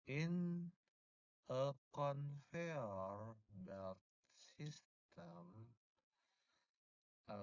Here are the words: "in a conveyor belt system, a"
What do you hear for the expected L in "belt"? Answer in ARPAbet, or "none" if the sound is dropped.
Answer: none